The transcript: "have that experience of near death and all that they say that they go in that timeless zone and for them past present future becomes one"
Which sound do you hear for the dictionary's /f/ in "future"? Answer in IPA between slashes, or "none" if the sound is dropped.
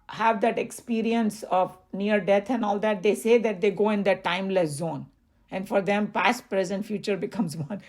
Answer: /f/